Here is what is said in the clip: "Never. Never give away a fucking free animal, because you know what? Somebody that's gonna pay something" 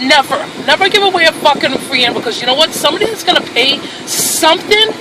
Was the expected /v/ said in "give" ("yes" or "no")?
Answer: yes